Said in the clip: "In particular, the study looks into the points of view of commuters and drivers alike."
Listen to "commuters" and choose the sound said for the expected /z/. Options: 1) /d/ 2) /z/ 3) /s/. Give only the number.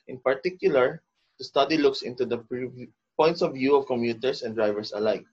3